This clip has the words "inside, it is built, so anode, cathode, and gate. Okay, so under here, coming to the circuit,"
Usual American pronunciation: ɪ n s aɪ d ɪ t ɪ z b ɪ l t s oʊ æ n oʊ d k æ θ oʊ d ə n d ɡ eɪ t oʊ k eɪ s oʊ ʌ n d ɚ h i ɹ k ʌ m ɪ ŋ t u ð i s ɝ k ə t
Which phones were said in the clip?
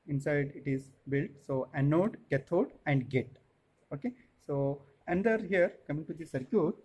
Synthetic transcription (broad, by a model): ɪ n s aɪ d ɪ t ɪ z b ɪ l t s oʊ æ n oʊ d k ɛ t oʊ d ə n d ɡ eɪ t oʊ k eɪ s oʊ ʌ n d ɚ h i ɹ k ʌ m ɪ ŋ t u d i s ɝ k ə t